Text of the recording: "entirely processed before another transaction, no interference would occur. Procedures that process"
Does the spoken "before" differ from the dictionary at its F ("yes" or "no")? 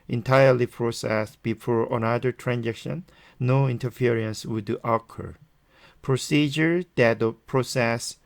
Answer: no